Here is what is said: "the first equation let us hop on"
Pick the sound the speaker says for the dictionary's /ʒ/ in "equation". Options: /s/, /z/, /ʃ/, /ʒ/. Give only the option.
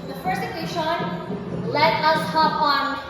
/ʃ/